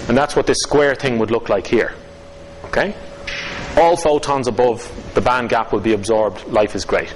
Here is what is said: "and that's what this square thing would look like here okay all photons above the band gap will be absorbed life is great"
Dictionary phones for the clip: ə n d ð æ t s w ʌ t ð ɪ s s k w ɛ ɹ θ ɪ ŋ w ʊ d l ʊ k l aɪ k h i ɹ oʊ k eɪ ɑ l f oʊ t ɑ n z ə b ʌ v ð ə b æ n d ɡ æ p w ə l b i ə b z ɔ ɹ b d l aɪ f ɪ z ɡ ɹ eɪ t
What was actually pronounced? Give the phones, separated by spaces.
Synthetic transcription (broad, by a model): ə n ð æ t s w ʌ t ð ɪ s s k w ɛ ɹ θ ɪ ŋ w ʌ d l ʊ k l aɪ k h i ɹ oʊ k eɪ ɑ l f oʊ t ɑ n z ə b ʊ v ð ə b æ n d ɡ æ p w ə l b i ə b z ɔ ɹ b d l aɪ f ɪ z ɡ ɹ eɪ t